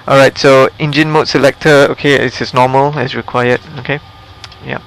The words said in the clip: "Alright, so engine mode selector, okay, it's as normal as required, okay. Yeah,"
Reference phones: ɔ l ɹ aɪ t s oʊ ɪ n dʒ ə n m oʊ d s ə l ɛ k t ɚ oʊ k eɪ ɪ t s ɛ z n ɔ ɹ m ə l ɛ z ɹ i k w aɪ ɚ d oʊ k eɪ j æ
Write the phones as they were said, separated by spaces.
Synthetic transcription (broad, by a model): ɔ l ɹ aɪ t s oʊ ɪ n dʒ ə n m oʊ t s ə l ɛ k t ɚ oʊ k eɪ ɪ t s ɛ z n ɔ m ə l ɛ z ɹ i k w aɪ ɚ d oʊ k eɪ j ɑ